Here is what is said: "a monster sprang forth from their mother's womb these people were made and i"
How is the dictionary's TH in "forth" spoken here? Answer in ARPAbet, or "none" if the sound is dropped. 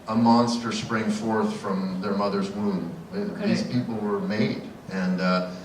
TH